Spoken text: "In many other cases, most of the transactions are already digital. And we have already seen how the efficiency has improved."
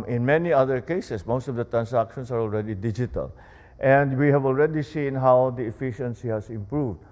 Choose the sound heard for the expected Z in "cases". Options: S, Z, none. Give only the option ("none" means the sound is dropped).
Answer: S